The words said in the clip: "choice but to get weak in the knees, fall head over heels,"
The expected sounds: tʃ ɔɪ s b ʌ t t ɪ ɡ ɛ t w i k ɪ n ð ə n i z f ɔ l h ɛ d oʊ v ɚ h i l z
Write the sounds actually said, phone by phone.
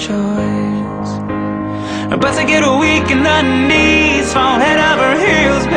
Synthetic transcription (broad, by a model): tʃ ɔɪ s b ʌ t s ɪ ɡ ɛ t w i k ɪ n ð ə n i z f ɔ n h ɛ d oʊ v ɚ h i l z